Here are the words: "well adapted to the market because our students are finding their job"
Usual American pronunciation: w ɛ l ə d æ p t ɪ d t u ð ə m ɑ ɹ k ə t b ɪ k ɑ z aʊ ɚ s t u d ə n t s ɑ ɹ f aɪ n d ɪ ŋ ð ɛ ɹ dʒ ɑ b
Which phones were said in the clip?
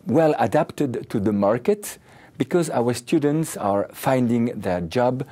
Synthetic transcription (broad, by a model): w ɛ l ə d æ p t ɪ d t u ð ə m ɑ ɹ k ə t b ɪ k ɑ z aʊ ɚ s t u d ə n t s ɑ ɹ f aɪ n d ɪ ŋ ð ɛ ɹ dʒ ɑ b